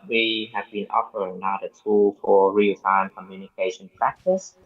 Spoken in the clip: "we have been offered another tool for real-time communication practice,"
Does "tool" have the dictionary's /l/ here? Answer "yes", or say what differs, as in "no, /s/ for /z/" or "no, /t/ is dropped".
yes